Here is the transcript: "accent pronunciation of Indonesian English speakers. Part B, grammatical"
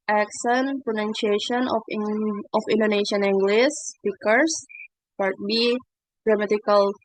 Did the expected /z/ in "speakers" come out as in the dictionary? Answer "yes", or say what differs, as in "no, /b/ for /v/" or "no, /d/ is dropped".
no, /s/ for /z/